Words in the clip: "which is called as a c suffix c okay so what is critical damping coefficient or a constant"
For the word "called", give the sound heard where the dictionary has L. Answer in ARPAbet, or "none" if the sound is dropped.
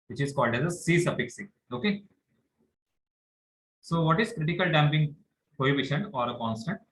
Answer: L